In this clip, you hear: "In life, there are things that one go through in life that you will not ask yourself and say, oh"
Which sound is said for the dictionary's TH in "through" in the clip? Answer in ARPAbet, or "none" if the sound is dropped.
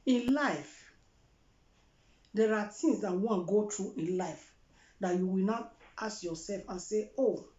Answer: T